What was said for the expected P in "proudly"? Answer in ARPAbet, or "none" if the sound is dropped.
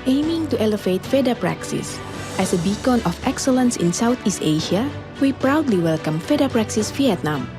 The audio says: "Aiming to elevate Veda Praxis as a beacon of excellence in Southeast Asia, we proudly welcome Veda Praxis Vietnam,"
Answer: P